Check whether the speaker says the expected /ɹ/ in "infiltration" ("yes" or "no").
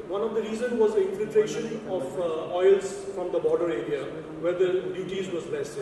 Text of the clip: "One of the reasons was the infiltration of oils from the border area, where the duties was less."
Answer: yes